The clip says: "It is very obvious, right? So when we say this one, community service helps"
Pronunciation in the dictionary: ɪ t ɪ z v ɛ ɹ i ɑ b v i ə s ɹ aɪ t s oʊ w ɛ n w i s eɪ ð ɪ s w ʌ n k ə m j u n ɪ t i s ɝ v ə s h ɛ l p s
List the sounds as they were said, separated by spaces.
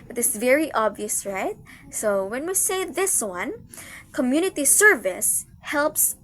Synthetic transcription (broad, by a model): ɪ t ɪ s v ɛ ɹ i ɑ b v i ə s ɹ aɪ t s oʊ w ɛ n w i s eɪ ð ɪ s w ʌ n k ə m j u n ɪ t i s ɝ v ə s h ɛ l p s